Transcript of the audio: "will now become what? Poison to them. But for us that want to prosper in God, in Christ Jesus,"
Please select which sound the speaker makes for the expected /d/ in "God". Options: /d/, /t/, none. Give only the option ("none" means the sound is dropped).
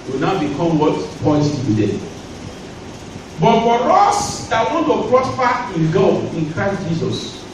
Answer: none